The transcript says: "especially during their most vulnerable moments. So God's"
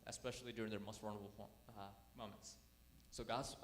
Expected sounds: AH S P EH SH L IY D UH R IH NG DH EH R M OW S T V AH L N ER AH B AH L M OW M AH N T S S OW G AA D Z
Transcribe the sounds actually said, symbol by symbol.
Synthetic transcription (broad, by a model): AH S P EH SH L IY D UH R IH NG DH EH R M OW S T W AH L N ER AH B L M OW M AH N T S S OW G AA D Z